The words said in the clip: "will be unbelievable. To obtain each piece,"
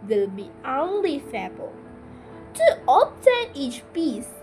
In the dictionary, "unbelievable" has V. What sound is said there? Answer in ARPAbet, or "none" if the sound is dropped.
F